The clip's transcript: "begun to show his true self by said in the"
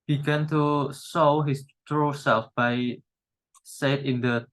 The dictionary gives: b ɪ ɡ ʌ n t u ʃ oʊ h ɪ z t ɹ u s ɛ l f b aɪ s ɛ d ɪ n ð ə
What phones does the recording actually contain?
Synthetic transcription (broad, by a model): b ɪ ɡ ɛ n t u s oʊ h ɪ s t ɹ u s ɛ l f b aɪ s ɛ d ɪ n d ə